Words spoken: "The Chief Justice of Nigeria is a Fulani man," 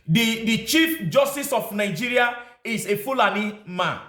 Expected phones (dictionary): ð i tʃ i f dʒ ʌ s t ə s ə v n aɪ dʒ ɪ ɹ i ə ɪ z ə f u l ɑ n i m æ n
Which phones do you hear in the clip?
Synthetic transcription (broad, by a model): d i tʃ i f dʒ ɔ s t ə s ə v n aɪ dʒ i ɹ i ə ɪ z ə f u l ɑ n i m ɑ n